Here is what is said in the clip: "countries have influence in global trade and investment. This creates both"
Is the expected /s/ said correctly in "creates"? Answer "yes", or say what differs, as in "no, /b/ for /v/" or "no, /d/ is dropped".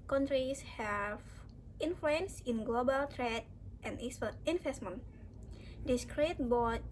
no, /s/ is dropped